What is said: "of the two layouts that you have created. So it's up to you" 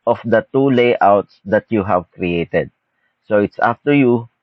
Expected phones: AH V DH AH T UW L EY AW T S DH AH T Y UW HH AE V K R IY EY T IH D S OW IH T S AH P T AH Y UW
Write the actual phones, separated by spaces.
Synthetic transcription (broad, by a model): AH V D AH T UW L EY AW T S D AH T Y UW HH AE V K R IY EY T IH D S OW IH T S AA F T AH Y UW